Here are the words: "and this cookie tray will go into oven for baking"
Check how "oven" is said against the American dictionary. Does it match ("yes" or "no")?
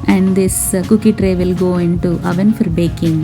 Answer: yes